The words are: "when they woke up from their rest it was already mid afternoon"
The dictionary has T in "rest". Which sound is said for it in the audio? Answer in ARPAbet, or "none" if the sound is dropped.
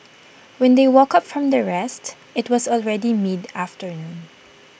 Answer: T